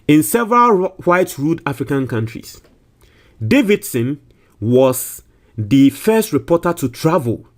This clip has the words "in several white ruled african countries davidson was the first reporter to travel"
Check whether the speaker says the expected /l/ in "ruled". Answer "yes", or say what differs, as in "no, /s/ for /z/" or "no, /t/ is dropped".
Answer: no, /l/ is dropped